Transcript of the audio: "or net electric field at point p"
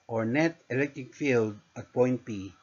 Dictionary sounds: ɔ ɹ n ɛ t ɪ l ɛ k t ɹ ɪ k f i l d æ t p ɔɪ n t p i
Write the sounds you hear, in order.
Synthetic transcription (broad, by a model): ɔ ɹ n ɛ t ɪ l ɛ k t ɪ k f i l d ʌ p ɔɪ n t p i